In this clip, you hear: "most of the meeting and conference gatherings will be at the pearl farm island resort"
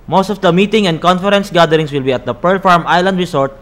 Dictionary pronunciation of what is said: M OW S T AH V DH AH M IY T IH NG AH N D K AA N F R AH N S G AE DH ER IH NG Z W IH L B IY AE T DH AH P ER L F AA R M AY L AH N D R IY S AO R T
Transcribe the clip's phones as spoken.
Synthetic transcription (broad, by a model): M OW S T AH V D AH M IY T IH NG AH N D K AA N F R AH N S G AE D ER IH NG S W IH L B IY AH T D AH P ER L F AA R M AY L AH N D R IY S AO R T